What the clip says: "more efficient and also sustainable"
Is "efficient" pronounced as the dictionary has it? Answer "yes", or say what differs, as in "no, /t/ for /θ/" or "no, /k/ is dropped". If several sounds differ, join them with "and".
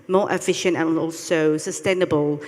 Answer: yes